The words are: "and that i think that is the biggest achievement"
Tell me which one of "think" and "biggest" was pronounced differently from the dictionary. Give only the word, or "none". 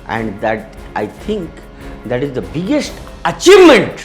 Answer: think